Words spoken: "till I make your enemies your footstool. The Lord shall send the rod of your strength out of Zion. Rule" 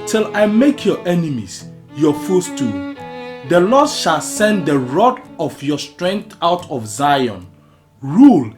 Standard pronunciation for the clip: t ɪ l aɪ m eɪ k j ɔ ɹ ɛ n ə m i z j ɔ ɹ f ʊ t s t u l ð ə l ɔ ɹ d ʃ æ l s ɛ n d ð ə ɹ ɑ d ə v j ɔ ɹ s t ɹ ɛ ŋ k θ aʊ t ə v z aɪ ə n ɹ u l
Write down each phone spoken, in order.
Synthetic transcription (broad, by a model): t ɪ l aɪ m eɪ k j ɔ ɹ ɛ n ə m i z j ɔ f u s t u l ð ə l ɔ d ʃ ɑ l s ɛ n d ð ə ɹ ɑ d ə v j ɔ s t ɹ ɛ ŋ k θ aʊ t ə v z aɪ ə n ɹ u l